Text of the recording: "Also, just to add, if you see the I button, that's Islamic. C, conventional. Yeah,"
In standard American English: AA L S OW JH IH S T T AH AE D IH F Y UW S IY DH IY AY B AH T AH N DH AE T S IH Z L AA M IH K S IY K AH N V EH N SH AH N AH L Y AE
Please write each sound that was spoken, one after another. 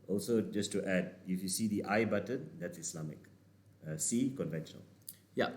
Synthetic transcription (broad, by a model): AA L S OW JH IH S T T AH D IH F Y UW S IY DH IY AY B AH T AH N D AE T S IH S L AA M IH K S IY K AH N V EH N SH AH N AH L Y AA